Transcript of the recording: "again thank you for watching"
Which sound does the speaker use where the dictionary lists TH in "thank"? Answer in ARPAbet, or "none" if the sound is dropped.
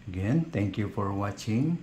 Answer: T